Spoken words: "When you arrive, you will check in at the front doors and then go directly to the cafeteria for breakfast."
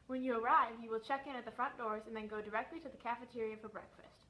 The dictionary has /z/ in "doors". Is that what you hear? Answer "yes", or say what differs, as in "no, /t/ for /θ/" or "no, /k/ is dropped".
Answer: yes